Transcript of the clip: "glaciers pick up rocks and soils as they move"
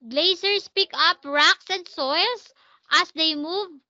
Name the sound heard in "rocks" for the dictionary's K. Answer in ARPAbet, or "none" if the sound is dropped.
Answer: K